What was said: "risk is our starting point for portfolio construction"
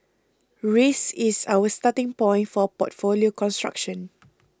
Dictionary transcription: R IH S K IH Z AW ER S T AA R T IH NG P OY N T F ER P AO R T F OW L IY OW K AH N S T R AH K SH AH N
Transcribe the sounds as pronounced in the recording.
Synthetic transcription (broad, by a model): R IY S IH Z AW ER S T AA T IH NG P OY N T F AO P AO T F OW L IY OW K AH N S T R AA K SH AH N